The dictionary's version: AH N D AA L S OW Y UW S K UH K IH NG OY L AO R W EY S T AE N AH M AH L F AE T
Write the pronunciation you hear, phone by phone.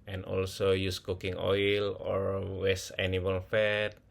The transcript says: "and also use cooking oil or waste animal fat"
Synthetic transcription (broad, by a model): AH N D AA L S OW Y UW S K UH K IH NG OY L AO R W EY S AE N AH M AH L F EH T